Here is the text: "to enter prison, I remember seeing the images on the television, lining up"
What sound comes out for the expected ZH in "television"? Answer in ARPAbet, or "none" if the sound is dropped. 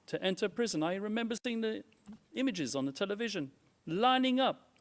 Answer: ZH